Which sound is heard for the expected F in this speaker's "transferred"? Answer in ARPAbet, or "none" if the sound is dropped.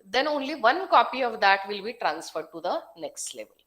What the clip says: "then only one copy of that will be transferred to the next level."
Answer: F